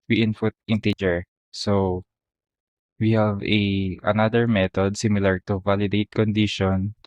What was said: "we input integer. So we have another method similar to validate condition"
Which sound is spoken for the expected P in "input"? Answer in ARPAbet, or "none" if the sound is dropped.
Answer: F